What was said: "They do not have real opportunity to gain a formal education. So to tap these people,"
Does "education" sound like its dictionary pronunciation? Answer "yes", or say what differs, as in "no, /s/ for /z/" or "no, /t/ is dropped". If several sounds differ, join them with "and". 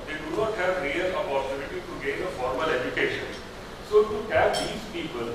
yes